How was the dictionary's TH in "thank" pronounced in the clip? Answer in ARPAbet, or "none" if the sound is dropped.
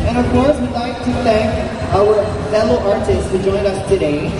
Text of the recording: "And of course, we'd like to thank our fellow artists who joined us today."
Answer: TH